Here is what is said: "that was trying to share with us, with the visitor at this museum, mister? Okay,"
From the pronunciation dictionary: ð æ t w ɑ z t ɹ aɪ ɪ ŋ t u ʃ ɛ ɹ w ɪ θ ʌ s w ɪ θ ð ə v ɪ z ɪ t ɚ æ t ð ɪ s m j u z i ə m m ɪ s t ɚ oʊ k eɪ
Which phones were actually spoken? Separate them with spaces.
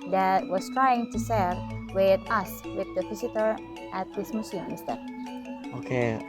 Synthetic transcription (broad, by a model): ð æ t w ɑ s t ɹ aɪ ɪ ŋ t u s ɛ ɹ w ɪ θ ʌ s w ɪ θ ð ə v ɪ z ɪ t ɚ æ t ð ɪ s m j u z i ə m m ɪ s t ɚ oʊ k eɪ